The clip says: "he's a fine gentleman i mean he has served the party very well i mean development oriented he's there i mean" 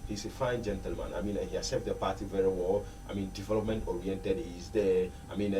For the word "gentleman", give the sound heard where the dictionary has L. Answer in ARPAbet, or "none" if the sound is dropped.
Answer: L